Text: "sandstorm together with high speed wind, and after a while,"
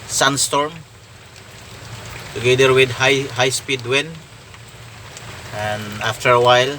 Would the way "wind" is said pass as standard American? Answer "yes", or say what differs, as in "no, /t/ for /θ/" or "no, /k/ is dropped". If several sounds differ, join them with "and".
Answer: no, /d/ is dropped